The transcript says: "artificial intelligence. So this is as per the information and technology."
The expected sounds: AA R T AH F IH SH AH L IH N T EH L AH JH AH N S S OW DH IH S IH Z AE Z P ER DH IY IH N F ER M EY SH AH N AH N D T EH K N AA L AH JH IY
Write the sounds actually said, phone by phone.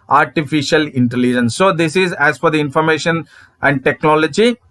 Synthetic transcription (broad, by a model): AA R T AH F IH SH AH L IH N T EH L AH JH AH N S S OW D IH S IH Z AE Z F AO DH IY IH N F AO M EY SH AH N AH N D T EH K N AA L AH JH IY